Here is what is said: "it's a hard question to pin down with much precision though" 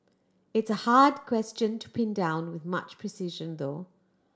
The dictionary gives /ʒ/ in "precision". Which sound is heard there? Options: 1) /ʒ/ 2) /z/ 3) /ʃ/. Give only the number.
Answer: 1